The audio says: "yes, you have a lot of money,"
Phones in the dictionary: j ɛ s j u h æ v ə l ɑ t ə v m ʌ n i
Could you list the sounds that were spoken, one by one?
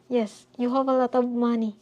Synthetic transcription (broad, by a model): j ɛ s j u h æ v ə l ɑ t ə b m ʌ n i